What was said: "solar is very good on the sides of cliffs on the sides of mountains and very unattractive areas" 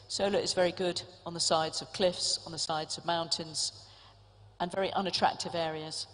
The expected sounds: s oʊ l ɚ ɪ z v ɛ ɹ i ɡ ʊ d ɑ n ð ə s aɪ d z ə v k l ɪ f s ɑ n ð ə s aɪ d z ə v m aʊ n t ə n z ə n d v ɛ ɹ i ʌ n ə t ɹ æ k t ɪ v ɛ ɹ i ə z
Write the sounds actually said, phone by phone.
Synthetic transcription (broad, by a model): s oʊ l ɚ ɪ z v ɛ ɹ i ɡ ʊ d n ð ə s aɪ d z ə v k l ɪ f s n ð ə s aɪ d z ə v m aʊ n t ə n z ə n v ɛ ɹ i ʌ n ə t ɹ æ k t ɪ v ɛ ɹ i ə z